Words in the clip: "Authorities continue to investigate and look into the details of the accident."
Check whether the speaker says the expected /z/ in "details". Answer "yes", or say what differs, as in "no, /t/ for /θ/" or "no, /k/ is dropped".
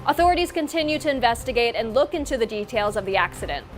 yes